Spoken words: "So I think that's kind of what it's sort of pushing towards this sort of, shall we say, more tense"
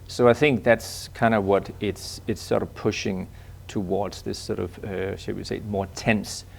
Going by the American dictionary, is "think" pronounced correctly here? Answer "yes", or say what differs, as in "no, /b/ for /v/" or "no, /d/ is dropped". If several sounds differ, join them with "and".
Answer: yes